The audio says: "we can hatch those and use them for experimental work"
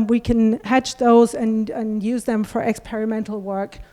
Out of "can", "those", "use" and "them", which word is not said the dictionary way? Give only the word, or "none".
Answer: none